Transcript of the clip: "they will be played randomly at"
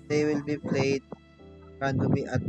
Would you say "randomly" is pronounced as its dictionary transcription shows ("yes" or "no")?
no